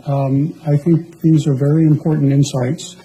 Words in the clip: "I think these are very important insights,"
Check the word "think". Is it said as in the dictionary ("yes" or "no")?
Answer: yes